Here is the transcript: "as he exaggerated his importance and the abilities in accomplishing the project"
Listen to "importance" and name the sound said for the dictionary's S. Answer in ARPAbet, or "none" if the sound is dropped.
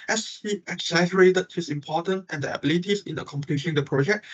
none